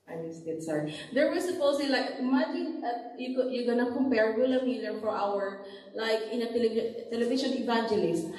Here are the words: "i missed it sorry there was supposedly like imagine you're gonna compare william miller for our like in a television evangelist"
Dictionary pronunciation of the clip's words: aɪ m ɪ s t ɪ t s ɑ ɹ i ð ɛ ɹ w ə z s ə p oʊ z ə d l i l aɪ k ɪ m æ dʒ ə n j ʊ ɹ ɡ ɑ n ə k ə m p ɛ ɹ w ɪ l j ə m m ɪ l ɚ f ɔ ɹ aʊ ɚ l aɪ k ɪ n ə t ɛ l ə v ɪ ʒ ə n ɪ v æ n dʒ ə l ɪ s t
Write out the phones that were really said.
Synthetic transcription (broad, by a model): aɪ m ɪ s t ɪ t s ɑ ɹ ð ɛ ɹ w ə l s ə p oʊ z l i l aɪ k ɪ m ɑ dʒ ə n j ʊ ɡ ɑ n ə k ə m p ɛ ɹ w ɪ l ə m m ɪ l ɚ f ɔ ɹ aʊ ɚ l aɪ k ɪ n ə t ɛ l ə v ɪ ʃ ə n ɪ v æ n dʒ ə l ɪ s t